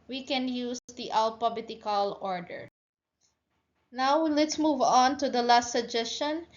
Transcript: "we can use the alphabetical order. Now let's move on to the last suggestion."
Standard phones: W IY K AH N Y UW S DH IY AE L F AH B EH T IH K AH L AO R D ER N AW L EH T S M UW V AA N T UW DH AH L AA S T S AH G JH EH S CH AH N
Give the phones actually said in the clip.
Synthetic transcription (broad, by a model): W IY K AH N Y UW S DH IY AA L P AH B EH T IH K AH L AO R D ER N AW L EH T S M UW V AA N T UW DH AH L AA S T S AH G JH EH S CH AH N